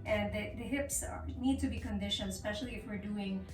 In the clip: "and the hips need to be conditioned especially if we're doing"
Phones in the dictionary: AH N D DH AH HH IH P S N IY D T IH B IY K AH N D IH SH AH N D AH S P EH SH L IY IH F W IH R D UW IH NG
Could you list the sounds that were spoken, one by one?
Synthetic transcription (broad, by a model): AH N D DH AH HH IH P S N IY D T IH B IY K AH N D IH SH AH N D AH S P EH SH L IY IH F W IH R D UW IH NG